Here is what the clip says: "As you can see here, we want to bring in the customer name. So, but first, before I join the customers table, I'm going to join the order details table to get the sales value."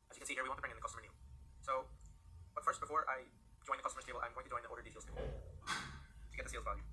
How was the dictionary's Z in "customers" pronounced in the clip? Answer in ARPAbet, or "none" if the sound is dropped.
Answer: none